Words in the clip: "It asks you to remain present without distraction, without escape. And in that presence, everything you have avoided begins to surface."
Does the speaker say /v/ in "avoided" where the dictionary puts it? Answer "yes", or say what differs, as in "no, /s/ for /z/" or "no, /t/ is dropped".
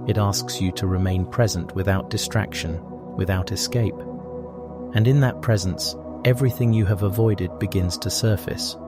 yes